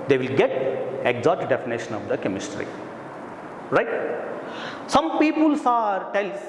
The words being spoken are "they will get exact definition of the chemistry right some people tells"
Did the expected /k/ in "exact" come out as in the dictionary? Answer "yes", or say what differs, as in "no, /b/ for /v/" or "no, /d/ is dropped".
no, /k/ is dropped